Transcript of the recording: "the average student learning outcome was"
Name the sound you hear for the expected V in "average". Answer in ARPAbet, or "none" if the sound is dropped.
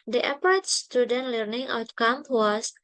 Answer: P